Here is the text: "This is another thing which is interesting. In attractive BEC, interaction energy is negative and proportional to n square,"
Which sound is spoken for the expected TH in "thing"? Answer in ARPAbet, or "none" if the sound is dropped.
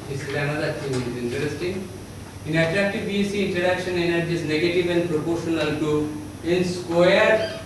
T